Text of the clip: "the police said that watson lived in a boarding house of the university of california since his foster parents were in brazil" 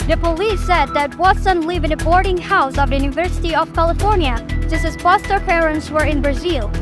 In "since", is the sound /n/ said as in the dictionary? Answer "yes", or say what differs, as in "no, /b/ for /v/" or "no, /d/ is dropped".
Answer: no, /n/ is dropped